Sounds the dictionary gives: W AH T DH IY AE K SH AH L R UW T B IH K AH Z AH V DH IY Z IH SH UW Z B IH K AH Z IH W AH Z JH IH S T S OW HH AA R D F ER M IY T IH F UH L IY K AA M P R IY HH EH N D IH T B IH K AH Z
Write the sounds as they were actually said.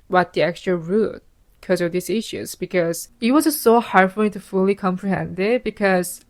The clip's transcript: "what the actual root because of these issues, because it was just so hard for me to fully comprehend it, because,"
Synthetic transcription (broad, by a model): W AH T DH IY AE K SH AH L R UW T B K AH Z AH V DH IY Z IH SH UW Z B IH K AH Z IH W AH Z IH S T S OW HH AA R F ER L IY T IH F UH L IY K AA M P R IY HH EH N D IH T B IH K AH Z